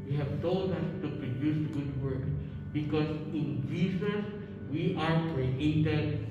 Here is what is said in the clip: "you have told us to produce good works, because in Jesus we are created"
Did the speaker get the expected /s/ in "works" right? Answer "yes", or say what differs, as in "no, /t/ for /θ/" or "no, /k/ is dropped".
no, /s/ is dropped